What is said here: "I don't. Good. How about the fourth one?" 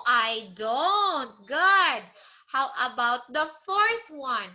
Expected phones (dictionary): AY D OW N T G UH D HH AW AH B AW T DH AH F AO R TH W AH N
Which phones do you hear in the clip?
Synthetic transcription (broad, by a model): AY D OW N T G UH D HH AW AH B AW T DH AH F AO R TH W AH N